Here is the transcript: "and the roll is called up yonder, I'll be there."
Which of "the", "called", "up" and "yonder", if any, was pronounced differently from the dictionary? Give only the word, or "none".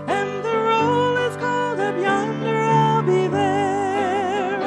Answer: up